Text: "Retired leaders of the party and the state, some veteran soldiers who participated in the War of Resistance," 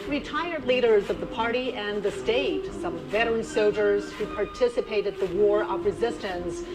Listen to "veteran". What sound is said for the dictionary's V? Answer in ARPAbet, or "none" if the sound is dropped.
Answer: V